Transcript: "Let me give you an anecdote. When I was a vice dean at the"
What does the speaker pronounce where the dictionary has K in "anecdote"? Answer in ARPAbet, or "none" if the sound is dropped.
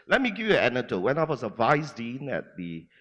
none